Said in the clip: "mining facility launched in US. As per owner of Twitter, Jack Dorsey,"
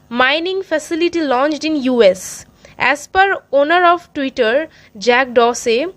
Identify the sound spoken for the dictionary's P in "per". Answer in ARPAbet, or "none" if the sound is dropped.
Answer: P